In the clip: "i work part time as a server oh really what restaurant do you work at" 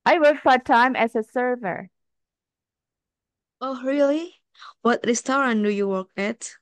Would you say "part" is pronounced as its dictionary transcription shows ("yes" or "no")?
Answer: no